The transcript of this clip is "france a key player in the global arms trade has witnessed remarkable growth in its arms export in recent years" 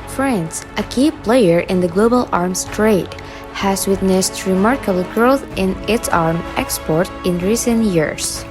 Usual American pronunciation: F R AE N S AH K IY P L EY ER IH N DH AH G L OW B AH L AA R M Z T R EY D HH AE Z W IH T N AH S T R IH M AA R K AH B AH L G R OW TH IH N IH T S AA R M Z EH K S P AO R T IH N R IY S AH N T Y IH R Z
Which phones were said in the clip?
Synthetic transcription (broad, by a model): F R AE N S AH K IY P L EY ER IH N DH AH G L OW B AH L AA R M S T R EY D HH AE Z W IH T N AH S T R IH M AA R K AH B L G R OW TH IH N IH T S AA R M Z EH K S P AO R T IH N R IY S AH N T Y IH R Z